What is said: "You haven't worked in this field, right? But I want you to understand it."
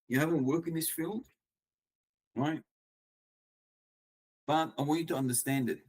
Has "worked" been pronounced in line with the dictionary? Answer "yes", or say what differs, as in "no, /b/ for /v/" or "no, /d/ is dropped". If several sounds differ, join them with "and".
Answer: no, /t/ is dropped